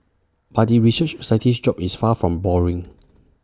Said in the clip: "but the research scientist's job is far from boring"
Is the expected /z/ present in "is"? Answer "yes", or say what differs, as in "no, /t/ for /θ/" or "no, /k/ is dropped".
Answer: no, /s/ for /z/